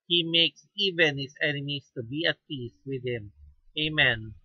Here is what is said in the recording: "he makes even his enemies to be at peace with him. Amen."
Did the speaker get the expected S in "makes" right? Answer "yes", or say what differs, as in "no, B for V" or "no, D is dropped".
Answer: yes